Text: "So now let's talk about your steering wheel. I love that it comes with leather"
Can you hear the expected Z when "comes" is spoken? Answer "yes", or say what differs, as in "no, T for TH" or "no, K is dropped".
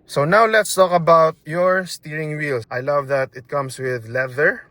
no, S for Z